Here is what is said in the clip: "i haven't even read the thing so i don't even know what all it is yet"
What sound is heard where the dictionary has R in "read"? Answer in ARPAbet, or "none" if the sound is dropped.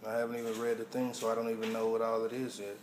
R